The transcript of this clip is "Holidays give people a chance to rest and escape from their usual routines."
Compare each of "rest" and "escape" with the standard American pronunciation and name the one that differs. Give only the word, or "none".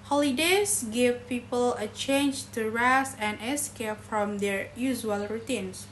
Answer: rest